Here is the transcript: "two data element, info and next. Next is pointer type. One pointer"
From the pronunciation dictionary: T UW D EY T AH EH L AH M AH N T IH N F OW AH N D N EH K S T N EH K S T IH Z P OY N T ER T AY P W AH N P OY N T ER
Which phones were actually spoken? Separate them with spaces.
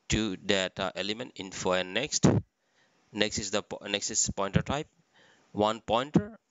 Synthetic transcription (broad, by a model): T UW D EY T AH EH L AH M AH N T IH N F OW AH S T N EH K S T N EH K S T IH S P OY N T ER T AY P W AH N P OY N T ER